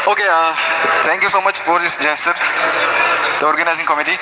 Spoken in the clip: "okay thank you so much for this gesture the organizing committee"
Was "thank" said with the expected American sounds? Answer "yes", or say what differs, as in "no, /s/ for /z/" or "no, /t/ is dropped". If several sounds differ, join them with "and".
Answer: no, /t/ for /θ/